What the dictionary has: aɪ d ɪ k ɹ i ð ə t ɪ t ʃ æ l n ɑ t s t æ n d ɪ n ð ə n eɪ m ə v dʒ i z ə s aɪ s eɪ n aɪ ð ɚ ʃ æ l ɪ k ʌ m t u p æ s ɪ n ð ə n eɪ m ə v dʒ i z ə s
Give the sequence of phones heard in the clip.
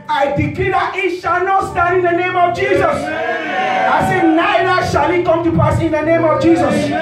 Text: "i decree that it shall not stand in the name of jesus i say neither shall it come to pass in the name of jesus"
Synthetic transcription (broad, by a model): aɪ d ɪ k l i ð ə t ɪ t ʃ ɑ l n ɑ t s t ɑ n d ɪ n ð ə n eɪ m ə v dʒ i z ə s aɪ s eɪ n aɪ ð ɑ ʃ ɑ l ɪ k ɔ m t u p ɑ s ɪ n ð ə n eɪ m ə v dʒ i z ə s